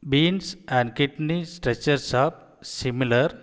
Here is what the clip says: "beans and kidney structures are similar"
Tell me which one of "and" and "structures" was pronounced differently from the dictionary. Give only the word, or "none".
structures